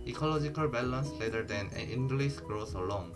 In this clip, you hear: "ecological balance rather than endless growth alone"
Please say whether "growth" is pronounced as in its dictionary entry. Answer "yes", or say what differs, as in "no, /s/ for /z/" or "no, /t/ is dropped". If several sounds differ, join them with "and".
no, /s/ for /θ/